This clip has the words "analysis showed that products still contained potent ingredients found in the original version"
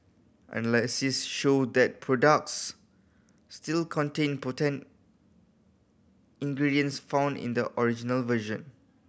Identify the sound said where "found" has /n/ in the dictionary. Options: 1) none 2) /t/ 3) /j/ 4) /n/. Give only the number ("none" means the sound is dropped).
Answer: 4